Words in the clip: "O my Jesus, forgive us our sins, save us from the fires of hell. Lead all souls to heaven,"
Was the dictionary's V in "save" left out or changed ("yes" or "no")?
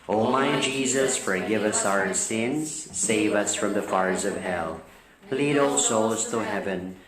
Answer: no